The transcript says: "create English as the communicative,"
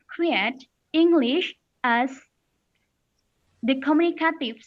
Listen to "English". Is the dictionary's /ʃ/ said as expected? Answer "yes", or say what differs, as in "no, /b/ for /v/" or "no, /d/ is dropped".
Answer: yes